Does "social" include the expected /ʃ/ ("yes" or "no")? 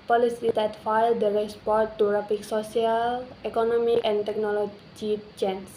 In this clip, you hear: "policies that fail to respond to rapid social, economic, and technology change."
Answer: no